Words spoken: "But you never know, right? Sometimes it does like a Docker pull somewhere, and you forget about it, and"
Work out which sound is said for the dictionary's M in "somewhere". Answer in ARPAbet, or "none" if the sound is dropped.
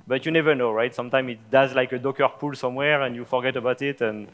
M